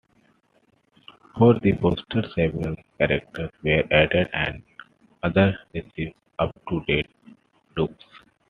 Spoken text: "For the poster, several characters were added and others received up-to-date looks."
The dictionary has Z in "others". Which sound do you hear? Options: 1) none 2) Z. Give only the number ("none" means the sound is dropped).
1